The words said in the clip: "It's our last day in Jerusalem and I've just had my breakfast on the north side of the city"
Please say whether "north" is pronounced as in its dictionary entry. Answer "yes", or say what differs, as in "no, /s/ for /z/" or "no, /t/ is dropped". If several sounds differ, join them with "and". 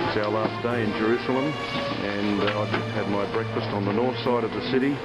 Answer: yes